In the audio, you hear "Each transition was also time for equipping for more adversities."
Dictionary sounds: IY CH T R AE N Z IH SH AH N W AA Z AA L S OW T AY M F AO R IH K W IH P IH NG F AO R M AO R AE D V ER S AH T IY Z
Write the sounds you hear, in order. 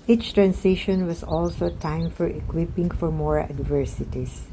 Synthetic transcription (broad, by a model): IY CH T R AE N S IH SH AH N W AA S AA L S OW T AY M F AO R IH K W IH P IH NG F AO R M AO R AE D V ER S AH T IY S